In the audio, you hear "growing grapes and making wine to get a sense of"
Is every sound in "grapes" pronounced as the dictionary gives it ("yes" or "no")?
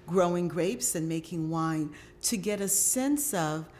yes